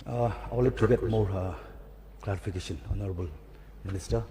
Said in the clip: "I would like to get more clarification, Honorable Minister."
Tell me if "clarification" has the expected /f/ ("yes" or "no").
no